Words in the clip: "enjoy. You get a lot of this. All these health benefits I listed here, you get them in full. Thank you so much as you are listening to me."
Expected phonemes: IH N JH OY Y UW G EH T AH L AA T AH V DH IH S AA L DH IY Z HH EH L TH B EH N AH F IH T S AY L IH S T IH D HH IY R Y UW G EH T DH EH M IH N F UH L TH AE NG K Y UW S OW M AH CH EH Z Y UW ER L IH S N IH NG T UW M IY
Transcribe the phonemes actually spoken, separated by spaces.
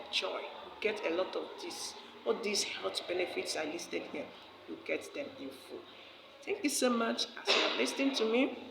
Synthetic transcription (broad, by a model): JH OY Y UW G EH T AH L AA T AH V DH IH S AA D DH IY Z HH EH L T B EH N AH F IH T S AY L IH S T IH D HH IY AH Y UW G EH T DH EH M IH N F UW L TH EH NG K Y UW S OW M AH CH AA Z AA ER L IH S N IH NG T UW M IY